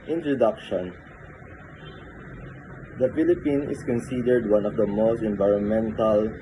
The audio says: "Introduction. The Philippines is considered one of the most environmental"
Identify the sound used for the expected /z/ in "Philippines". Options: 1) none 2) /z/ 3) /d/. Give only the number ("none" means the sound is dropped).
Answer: 1